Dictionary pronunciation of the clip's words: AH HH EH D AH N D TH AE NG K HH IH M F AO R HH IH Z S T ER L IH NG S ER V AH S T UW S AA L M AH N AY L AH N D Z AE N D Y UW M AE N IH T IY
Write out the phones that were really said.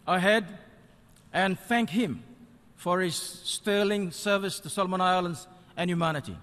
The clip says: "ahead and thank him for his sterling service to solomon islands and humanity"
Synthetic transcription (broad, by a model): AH HH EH D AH N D TH AE NG K HH IH M F AO R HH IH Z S T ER L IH NG S ER V AH S T UW S AA L M AH N AY L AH N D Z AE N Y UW M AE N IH T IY